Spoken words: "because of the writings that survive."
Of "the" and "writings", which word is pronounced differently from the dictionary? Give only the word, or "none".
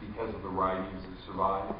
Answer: none